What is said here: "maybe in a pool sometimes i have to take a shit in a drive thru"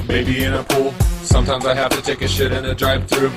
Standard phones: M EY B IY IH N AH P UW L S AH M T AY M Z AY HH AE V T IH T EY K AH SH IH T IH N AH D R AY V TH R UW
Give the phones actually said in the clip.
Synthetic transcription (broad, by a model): M EY B IY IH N AH P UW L S AH M T AY M Z AY HH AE F T IH T EY K AH SH IH T IH N AH D R AY P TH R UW